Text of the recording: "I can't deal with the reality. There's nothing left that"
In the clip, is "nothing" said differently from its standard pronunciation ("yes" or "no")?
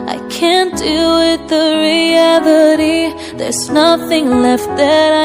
no